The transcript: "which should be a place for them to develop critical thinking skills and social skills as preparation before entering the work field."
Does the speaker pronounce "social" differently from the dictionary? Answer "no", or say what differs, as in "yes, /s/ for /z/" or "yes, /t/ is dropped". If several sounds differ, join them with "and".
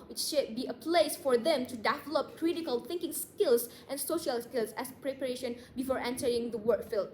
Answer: no